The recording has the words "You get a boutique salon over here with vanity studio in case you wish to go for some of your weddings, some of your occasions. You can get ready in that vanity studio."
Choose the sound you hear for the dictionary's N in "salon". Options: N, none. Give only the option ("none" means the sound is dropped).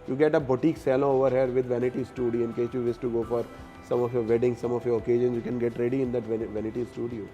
none